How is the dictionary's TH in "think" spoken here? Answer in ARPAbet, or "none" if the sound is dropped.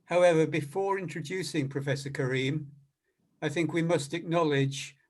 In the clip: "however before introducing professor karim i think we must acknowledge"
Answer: TH